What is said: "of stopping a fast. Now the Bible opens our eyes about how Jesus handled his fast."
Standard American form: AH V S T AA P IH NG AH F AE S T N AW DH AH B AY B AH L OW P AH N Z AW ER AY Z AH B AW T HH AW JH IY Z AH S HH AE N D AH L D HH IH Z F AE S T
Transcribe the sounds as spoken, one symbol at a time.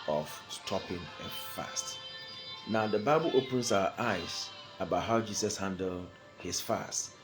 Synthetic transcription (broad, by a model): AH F S T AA P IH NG AH F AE S T N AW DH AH B AY B AH L OW P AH N S AW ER AY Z AH B AW T HH AW JH IY S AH S HH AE N D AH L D HH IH S F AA S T